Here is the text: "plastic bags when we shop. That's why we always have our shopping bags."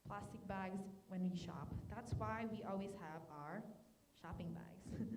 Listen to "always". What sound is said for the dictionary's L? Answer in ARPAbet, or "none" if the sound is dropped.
L